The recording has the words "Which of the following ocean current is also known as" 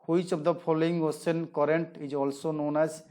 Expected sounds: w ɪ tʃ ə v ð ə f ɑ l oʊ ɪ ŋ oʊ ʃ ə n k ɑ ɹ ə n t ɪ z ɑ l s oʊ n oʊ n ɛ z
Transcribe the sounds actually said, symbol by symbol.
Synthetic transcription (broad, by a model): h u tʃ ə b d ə p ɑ l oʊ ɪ ŋ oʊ s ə n k ɑ ɹ ə n t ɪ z ɑ l s oʊ n oʊ n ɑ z